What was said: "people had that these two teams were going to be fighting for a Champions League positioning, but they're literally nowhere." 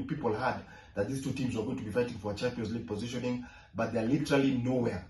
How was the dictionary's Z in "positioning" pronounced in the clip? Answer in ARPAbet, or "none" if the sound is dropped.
Z